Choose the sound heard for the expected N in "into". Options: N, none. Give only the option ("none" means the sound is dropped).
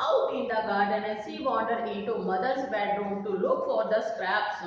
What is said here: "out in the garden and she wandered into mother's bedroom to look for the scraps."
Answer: none